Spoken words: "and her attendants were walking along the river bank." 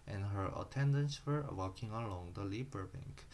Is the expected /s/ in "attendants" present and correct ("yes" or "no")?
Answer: yes